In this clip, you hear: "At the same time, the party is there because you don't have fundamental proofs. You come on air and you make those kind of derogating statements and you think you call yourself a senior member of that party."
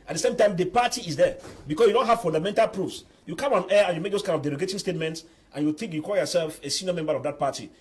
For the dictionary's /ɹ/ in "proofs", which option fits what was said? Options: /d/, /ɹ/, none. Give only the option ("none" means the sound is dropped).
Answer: /ɹ/